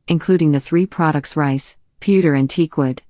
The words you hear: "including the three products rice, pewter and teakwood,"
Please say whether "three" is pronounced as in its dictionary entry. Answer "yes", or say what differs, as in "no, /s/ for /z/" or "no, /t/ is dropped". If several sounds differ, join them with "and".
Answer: yes